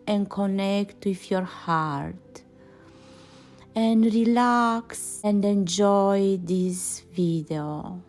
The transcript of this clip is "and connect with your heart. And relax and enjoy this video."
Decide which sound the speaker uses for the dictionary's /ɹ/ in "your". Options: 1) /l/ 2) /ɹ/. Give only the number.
2